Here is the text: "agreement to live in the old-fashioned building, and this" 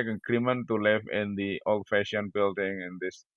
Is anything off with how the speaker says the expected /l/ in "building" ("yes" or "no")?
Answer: no